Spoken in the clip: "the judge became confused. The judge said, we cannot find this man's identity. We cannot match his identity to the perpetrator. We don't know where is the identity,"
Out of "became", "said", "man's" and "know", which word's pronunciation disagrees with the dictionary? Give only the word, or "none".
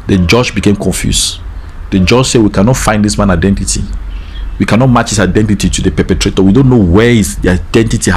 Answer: man's